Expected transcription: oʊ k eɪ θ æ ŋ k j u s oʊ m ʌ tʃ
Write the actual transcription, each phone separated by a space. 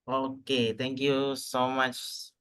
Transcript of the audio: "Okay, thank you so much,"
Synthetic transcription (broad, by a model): oʊ k eɪ t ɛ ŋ k j u s oʊ m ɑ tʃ